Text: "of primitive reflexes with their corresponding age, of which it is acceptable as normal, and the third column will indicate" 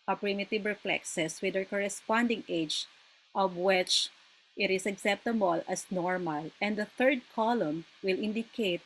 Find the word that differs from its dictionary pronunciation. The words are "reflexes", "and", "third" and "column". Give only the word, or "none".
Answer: reflexes